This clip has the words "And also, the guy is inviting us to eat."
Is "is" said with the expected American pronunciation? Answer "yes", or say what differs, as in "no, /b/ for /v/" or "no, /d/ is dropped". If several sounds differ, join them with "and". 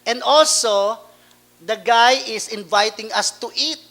no, /s/ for /z/